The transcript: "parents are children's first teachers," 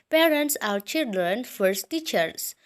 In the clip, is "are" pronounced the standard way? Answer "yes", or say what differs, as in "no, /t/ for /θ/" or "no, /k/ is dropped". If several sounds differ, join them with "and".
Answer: no, /w/ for /ɹ/